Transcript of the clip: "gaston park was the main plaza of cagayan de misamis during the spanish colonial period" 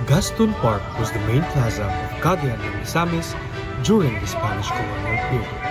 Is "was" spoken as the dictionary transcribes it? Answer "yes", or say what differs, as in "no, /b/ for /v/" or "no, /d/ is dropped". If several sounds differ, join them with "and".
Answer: yes